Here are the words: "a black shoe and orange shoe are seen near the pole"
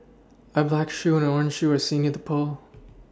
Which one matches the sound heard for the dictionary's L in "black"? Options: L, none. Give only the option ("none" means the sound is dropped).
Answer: L